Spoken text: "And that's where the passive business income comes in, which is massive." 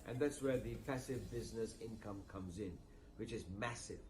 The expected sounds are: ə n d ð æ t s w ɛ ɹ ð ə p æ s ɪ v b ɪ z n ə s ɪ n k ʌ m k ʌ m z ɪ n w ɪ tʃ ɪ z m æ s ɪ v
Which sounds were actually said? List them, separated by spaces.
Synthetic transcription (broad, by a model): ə n ð æ t s w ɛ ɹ ð ə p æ s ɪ v b ɪ z n ə s ɪ n k ʌ m k ʌ m z ɪ n w ɪ tʃ ɪ z m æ s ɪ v